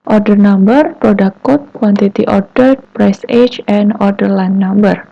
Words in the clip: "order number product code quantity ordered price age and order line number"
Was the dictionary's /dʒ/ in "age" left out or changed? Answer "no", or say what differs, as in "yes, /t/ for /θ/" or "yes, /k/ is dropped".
yes, /tʃ/ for /dʒ/